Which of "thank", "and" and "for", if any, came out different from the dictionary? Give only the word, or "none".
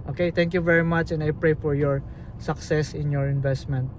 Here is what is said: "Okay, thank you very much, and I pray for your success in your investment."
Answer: thank